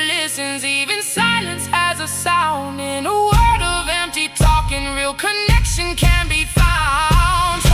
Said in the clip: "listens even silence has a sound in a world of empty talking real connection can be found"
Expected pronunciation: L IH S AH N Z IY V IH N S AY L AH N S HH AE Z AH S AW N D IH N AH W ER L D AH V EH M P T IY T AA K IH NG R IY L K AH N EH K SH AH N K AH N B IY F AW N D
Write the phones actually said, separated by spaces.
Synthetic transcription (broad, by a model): L IH S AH N Z IY V IH N S AY L AH N S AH Z AH S AW N D IH N AH W ER D AH V EH M P T IY T AA K IH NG R IY L K AH N EH K SH AH N K AH N B IY F AW N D